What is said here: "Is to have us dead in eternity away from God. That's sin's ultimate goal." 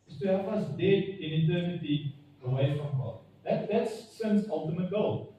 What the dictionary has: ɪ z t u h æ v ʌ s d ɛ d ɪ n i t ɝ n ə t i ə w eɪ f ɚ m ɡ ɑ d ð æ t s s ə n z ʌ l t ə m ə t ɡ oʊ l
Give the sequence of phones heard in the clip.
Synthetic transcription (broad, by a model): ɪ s t u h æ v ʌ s d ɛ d ɪ n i t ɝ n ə t i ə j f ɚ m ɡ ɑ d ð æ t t s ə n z ʌ l t ə m ə t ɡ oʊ l